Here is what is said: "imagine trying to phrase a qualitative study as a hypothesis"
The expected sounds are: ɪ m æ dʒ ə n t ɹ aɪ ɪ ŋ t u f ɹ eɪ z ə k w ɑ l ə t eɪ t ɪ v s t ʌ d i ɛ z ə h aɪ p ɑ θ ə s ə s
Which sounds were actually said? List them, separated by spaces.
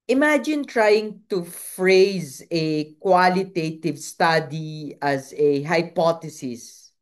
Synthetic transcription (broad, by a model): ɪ m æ dʒ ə n t ɹ aɪ ɪ ŋ t u f ɹ eɪ z ə k w ɑ l ə t eɪ t ɪ v s t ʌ d i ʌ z ə h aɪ p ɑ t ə s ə s